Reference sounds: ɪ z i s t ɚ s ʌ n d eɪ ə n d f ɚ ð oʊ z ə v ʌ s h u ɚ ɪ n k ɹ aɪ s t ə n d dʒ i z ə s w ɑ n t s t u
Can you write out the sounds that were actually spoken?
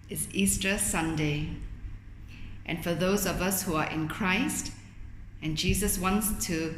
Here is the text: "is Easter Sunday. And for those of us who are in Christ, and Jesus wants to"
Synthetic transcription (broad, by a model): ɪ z i s t ɚ s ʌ n d eɪ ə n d f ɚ ð oʊ z ə v ʌ s h u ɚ ɪ n k ɹ aɪ s t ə n dʒ i z ə s w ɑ n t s t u